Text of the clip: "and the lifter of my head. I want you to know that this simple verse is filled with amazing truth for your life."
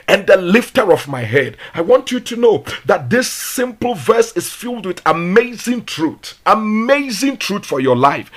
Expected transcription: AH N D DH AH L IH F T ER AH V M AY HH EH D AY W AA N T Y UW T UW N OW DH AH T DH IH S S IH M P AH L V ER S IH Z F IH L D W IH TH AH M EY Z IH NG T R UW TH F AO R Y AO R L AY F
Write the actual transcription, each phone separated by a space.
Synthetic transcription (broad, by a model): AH N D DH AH L IH F T ER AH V M AY HH EH D AY W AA N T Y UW T UW N OW DH AH T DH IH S S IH M P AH L V ER S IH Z F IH L D W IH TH AH M EY Z IH NG T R UW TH F AO R Y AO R L AY F